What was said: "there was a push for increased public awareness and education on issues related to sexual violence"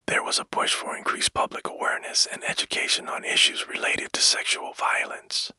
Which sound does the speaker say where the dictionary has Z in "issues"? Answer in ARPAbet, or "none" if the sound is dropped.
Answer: Z